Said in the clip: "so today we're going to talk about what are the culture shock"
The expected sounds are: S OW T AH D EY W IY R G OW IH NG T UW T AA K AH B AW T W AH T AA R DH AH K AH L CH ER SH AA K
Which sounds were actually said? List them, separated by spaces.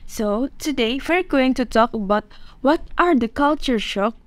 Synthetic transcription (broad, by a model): S OW T AH D EY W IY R G OW IH NG T UW T AA K AH B AW T W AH T AA R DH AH K AH L CH ER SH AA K